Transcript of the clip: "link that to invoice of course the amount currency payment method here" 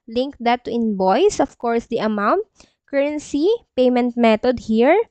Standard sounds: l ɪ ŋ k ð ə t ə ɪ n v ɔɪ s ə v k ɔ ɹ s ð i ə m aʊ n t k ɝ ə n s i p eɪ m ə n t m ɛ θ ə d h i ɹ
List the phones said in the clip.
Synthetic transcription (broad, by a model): l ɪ ŋ k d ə t ə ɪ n b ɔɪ s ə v k ɔ ɹ s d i ə m aʊ n t k ɝ ə n s i p eɪ m ə n t m ɛ t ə d h i ɹ